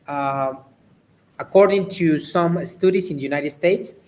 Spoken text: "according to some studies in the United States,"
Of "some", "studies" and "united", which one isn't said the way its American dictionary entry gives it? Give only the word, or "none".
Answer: studies